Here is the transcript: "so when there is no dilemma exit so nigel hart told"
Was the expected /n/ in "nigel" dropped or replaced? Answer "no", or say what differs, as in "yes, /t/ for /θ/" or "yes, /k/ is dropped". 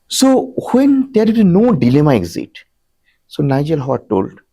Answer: no